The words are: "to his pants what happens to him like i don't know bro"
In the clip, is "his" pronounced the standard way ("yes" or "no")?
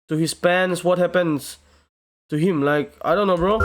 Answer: no